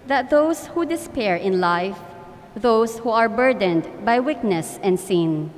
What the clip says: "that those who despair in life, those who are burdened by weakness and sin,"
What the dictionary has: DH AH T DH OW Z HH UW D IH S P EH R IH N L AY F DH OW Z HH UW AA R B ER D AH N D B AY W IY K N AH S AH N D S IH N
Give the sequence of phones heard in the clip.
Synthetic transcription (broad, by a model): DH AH T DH OW S HH UW D IH S P EH R IH N L AY F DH OW S HH UW AA R B ER D AH N D B AY W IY K N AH S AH N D S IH N